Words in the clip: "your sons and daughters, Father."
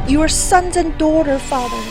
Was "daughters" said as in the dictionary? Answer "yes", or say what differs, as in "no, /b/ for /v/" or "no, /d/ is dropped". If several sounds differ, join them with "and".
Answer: no, /z/ is dropped